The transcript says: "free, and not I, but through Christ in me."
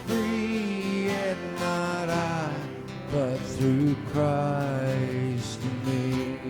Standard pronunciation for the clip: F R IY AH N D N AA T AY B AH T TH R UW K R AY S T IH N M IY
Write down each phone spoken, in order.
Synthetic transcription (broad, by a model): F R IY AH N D N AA T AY B AH T TH R UW K R AY S T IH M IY